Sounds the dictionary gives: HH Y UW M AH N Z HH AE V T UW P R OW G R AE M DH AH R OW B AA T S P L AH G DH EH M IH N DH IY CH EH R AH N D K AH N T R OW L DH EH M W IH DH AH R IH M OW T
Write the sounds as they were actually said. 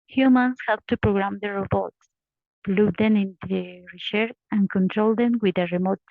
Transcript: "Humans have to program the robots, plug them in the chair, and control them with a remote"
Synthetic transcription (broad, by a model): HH Y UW M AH N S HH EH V T UW P R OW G R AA M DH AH R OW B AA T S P L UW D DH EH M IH N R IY S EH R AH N K AH N T R OW L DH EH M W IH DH AH R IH M OW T